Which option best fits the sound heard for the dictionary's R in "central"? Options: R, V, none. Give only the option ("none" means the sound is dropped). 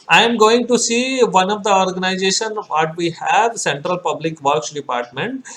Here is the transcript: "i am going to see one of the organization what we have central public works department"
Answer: R